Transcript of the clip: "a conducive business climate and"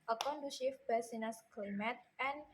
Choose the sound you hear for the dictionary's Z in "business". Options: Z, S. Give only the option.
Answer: S